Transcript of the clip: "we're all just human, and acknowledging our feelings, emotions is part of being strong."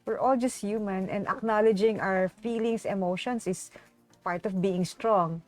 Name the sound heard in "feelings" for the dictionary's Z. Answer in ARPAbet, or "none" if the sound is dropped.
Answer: S